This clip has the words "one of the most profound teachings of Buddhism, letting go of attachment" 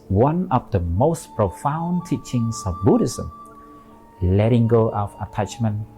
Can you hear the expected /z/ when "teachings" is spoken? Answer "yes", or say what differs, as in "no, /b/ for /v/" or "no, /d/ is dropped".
no, /s/ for /z/